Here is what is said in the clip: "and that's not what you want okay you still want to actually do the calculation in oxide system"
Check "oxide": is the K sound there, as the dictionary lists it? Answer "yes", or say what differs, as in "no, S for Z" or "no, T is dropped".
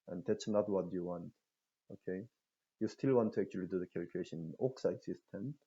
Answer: yes